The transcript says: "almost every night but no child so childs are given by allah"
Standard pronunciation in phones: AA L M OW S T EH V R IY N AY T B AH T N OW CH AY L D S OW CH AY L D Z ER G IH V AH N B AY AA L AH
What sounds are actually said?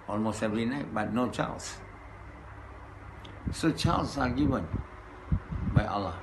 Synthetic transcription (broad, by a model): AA L M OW S T EH V R IY N AY T B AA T N OW CH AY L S S OW CH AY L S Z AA G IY V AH N B AY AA L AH